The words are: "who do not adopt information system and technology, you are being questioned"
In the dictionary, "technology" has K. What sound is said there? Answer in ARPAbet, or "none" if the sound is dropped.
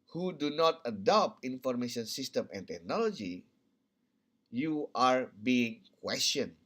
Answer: K